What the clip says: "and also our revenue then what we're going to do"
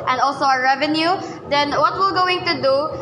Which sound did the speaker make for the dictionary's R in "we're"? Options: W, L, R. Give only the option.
L